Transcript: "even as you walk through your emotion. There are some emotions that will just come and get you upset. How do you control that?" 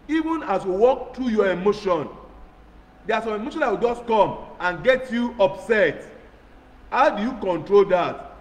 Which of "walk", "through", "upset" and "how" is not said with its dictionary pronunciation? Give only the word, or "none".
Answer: through